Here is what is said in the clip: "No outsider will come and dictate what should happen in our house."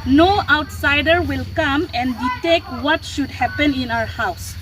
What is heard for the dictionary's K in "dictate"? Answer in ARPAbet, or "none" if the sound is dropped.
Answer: none